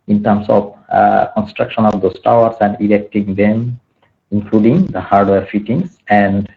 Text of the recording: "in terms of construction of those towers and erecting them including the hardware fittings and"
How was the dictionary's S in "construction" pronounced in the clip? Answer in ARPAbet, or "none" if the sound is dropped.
S